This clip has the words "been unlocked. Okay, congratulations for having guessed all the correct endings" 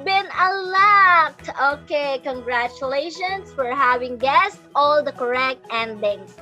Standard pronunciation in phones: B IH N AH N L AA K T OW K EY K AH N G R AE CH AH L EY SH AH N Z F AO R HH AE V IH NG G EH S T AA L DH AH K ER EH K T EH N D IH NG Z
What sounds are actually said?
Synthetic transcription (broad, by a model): B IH N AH L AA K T OW K EY K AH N G R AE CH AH L EY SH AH N S F AO R HH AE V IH NG G EH S T AA L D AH K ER EH K T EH N D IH NG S